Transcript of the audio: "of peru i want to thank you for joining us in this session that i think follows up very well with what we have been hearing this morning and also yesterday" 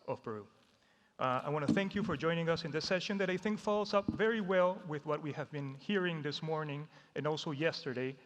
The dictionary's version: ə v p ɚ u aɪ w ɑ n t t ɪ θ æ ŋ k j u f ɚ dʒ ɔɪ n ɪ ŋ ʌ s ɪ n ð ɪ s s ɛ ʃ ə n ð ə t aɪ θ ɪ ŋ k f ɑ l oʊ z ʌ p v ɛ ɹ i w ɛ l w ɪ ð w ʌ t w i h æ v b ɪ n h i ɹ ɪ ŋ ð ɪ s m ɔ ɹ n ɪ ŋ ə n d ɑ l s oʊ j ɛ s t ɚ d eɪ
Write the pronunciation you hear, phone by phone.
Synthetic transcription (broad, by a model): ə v b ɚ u aɪ w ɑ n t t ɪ θ æ ŋ k j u f ɚ dʒ ɔɪ n ɪ ŋ ʌ s ɪ n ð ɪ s s ɛ ʃ ə n ð ə t aɪ θ ɪ ŋ k f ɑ l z ʌ p v ɛ ɹ i w ɛ l w ɪ ð w ʌ t w i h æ v b ɪ n h i ɹ ɪ ŋ ð ɪ s m ɔ ɹ n ɪ ŋ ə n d ɑ l s oʊ j ɛ s t ɚ d eɪ